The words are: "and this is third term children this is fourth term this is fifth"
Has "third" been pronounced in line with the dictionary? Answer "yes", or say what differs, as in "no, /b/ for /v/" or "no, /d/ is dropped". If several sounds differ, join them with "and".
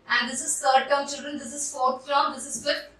no, /s/ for /θ/